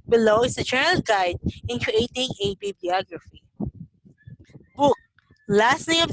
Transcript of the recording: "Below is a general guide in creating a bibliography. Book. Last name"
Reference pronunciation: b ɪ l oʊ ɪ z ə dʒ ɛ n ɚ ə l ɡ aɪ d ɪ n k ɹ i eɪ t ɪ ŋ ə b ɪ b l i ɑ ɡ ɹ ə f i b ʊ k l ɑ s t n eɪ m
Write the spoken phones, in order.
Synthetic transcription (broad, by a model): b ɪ l oʊ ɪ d ə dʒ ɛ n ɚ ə l ɡ aɪ d ɪ n k ɹ i eɪ t ɪ ŋ ə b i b i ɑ ɡ ɹ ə f i b ʊ k l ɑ s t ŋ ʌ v